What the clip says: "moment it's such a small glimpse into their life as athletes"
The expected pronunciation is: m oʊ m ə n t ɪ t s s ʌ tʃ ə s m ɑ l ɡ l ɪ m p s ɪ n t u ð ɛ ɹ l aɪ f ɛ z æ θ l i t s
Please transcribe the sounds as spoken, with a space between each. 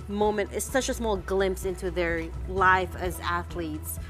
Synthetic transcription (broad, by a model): m oʊ m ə n t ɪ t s s ʌ tʃ ə s m ɑ l ɡ l ɪ m p s ɪ n t u ð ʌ ɹ l aɪ f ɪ z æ θ l i t s